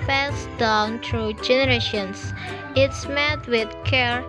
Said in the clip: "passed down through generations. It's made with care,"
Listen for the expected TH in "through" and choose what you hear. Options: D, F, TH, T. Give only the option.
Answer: T